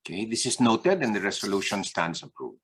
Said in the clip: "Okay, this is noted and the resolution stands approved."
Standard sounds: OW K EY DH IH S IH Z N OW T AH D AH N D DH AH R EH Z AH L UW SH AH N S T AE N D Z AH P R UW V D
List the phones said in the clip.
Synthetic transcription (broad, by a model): K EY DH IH S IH S N OW T AH D AH N D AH R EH S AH L UW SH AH N S T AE N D S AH P R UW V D